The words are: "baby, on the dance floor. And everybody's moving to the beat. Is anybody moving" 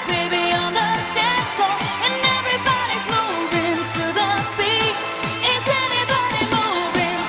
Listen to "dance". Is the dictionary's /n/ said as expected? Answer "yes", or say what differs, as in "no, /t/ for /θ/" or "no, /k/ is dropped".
no, /n/ is dropped